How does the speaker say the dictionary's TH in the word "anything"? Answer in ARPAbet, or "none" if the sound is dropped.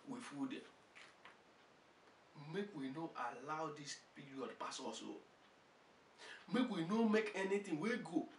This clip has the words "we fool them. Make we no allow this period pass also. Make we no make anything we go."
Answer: T